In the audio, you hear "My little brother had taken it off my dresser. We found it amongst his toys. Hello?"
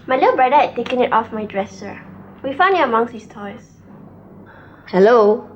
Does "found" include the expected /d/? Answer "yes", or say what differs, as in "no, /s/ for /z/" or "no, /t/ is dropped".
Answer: no, /d/ is dropped